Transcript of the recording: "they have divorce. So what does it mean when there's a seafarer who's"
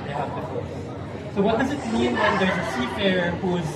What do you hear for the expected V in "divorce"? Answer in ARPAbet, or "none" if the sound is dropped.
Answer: F